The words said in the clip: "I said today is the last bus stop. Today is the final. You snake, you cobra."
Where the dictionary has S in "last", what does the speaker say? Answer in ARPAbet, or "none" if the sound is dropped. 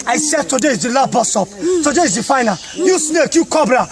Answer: none